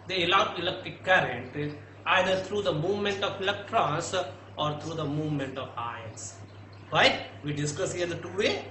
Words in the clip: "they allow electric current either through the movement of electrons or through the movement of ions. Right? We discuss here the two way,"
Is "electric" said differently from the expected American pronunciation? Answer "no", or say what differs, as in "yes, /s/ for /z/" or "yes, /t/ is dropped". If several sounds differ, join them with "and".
yes, /ɹ/ is dropped